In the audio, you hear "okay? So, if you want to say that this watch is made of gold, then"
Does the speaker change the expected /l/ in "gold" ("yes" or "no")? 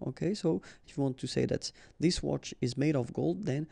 no